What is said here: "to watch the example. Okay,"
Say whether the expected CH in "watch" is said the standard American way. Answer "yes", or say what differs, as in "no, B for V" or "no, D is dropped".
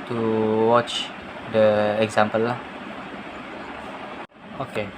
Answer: yes